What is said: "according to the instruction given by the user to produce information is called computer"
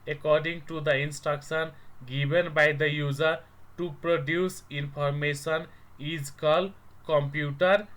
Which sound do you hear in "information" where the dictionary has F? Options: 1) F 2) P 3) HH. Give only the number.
2